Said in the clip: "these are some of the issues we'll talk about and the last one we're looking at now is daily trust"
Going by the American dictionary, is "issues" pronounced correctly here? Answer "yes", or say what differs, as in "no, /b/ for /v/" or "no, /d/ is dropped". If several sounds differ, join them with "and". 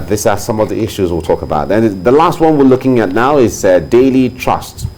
yes